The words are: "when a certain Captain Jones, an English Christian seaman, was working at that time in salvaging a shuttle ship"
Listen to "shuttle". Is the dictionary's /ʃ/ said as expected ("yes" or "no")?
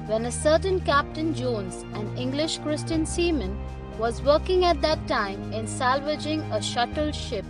yes